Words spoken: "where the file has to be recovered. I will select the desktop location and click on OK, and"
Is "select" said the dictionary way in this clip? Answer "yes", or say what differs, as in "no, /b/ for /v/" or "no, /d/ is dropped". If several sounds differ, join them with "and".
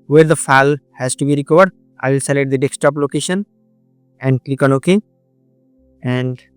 no, /k/ is dropped